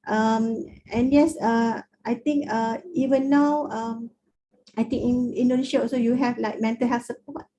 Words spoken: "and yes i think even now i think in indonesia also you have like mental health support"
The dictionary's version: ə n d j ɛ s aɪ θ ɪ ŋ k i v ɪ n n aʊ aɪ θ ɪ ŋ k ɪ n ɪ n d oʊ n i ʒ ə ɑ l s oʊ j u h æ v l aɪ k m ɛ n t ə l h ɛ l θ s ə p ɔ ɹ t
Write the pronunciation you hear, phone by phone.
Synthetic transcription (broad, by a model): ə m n j ɛ s aɪ t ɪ ŋ k i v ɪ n n aʊ aɪ t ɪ ŋ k ɪ n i n d oʊ n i ʃ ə ɑ l s oʊ j u h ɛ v l aɪ k m ɛ n t ə l h ɛ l f s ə p ɔ t